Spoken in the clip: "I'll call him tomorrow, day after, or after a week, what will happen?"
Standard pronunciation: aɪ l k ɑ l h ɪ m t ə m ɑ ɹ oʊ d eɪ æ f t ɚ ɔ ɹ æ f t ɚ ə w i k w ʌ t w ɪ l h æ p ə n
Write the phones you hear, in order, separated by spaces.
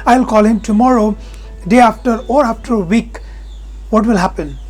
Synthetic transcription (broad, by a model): aɪ l k ɑ l h ɪ m t ə m ɑ ɹ oʊ d eɪ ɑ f t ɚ ɔ ɹ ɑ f t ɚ w i k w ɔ t w ɪ l h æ p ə n